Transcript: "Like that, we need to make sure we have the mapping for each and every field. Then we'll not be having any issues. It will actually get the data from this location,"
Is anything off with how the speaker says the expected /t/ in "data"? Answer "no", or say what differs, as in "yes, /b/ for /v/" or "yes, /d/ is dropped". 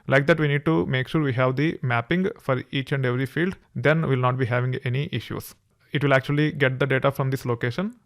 no